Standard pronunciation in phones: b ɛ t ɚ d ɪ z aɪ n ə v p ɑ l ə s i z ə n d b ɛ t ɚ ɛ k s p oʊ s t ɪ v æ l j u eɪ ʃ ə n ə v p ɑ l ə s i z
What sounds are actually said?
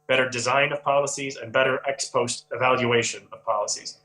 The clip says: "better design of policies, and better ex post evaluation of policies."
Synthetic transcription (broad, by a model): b ɛ t ɚ d ɪ z aɪ n ə v p ɑ l ə s i z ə n b ɛ t ɚ ɛ k s p oʊ s t ɪ v æ l j u eɪ ʃ ə n ə v p ɑ l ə s i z